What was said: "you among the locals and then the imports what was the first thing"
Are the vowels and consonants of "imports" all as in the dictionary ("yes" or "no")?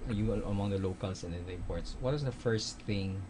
no